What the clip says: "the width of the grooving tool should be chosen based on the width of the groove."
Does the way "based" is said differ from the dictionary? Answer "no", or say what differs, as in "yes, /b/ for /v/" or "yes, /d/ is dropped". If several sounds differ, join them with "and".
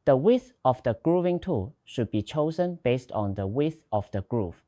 no